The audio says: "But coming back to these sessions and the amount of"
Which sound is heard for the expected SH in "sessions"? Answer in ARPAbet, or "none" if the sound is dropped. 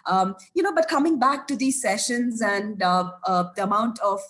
SH